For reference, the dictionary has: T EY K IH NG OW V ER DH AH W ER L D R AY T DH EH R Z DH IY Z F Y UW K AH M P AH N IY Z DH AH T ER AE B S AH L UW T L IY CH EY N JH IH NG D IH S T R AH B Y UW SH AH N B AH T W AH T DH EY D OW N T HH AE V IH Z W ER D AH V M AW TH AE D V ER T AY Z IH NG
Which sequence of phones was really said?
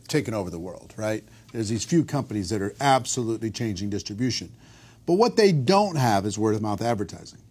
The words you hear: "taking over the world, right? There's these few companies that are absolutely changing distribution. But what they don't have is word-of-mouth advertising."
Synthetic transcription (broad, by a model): T EY K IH OW V ER DH AH W ER L D R AY T DH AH R Z DH IY Z F Y UW K AH M P AH N IY Z DH AH T ER AE B S AH L UW T L IY CH EY N JH IH NG D IH S T R AH B Y UW SH AH N B AH T W AH T DH EY D OW N T HH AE V IH Z W ER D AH M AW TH AE D V ER T AY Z IH NG